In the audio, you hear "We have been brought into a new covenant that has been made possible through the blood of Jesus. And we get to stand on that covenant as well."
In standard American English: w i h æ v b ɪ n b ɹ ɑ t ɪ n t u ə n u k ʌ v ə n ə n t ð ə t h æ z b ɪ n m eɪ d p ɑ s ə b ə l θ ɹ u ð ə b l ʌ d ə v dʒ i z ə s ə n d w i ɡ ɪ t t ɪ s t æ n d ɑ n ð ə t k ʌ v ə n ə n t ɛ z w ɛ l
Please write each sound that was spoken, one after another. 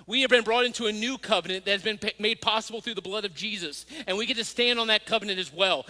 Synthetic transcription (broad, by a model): w i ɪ v b ɪ n b ɹ ɑ t ɪ n t u ə n u k ʌ v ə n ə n ð ə t h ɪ z b ɪ n m eɪ d p ɑ s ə b l θ ɹ u ð ə b l ʌ d ə v dʒ i z ə s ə n w i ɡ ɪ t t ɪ s t æ n d n ð ə t k ʌ v ə n ə n t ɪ z w ɛ l